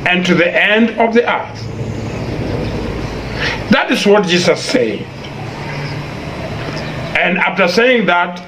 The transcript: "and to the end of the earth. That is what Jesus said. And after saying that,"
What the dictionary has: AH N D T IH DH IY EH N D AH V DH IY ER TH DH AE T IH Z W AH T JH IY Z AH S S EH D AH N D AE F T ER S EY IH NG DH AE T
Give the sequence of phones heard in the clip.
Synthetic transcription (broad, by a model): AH N T IH DH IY EH N D AH V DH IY ER TH DH AE T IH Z W AH T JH IY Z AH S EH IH AH N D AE F T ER S EY IH NG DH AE T